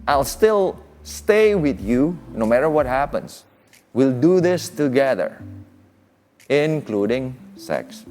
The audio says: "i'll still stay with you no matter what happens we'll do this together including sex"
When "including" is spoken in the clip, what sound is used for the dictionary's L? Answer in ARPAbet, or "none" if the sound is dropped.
L